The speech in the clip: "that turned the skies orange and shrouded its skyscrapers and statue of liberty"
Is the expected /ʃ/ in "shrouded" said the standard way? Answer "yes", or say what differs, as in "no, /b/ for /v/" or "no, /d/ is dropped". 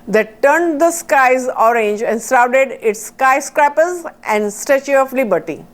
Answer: no, /s/ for /ʃ/